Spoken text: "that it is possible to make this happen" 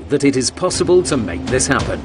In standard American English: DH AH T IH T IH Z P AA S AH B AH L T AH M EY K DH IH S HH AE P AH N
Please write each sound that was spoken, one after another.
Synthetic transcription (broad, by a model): DH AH T IH T IH Z P AA S AH B AH L T AH M EY K DH IH S HH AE P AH N